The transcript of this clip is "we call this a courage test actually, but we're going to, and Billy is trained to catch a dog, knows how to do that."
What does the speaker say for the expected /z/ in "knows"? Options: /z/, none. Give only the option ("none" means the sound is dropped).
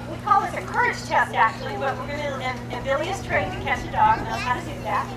none